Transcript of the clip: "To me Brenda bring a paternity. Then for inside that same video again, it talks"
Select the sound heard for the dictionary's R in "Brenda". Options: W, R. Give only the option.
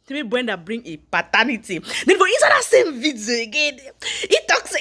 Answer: W